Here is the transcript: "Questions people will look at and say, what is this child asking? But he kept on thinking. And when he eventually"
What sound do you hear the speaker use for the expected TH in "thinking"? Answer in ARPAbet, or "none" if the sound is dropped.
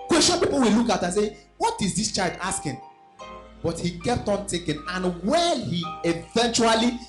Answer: T